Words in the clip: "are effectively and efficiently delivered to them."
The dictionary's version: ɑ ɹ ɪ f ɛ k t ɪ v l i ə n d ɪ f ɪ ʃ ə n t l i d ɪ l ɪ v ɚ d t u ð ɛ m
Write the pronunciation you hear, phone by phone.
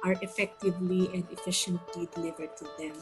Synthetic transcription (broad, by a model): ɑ ɹ ɪ f ɛ k t ɪ v l i ə n d ɪ f ɪ ʃ ə n t l i d ɪ l ɪ v ɚ d t u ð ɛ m